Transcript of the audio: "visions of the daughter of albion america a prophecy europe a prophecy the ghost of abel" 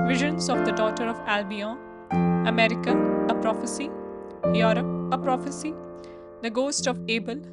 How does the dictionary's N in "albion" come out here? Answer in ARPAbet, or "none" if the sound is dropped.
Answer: none